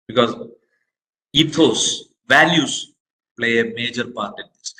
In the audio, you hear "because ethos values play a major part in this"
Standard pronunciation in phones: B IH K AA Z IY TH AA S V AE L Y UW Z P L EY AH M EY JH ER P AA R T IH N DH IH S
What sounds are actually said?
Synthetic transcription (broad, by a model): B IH K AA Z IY F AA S V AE L Y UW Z P L EY AH M EY JH ER P AA R T IH N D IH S